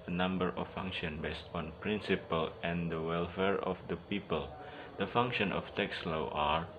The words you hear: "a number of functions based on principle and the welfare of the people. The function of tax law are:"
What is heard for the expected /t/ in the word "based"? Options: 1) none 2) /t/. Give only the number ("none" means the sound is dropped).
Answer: 2